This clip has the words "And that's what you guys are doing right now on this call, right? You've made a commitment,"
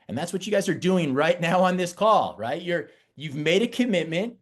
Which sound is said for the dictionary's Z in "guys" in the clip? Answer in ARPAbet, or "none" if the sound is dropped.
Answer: Z